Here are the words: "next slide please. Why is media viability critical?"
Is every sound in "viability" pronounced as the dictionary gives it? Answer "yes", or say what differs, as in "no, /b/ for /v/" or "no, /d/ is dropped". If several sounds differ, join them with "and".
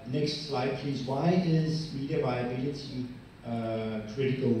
yes